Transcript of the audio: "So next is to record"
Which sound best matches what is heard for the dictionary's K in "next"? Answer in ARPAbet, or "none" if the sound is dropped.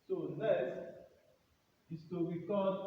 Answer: none